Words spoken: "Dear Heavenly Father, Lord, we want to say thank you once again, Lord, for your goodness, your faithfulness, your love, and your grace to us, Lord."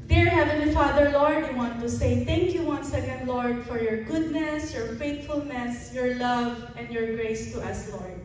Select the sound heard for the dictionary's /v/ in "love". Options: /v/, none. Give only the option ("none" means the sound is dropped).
/v/